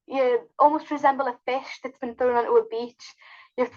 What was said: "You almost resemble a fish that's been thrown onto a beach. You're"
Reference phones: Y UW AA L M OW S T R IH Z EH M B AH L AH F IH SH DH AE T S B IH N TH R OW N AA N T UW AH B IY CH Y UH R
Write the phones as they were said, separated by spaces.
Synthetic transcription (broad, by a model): Y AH AA L M OW S T R IH Z EH M B AH L AH F IH SH DH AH T S B IH N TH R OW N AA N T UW AH B IY CH Y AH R